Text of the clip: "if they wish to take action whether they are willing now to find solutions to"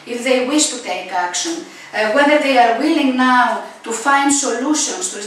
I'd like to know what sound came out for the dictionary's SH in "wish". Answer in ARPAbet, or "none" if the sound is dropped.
SH